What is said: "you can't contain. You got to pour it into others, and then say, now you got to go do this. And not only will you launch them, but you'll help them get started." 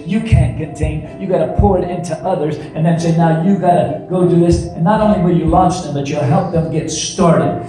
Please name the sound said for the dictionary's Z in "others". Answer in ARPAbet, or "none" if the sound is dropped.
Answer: Z